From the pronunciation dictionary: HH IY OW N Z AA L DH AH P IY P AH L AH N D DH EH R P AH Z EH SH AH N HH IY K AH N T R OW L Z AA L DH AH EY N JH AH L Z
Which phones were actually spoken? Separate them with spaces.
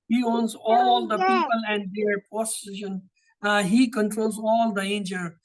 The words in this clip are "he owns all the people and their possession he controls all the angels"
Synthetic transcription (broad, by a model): HH IY OW N Z AA L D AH P IY P AH L AH N D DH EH R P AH S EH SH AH N HH IY K AH N T R OW L Z AA L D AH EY N JH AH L